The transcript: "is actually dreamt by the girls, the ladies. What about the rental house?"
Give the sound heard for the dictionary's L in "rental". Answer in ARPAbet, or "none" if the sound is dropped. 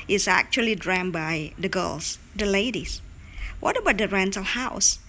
L